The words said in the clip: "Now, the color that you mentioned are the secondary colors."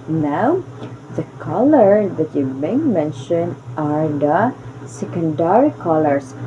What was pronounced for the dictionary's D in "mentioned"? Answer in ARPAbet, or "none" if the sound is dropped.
none